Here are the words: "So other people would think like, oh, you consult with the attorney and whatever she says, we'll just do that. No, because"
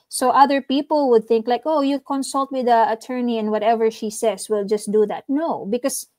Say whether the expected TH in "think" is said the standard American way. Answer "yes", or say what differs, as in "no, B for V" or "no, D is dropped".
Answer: yes